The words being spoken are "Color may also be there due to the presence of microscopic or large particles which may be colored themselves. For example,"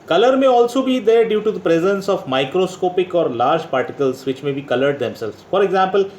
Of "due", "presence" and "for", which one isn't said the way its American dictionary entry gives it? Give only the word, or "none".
none